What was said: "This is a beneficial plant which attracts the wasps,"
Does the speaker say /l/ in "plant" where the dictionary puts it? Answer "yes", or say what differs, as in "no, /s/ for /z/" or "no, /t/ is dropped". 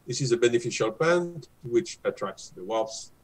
no, /l/ is dropped